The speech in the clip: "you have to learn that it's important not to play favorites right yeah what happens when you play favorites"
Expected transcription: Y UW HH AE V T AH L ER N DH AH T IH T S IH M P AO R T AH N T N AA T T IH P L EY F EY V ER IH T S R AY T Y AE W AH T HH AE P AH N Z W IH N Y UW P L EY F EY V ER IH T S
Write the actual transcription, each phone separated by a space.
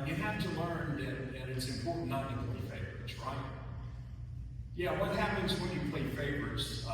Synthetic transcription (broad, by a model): Y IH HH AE F T AH L ER N DH AH T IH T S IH M P AO R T T N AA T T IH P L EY F EY V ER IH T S R AY T Y AE W AH T HH AE P AH N Z W IH N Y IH P L EY F EY V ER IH T S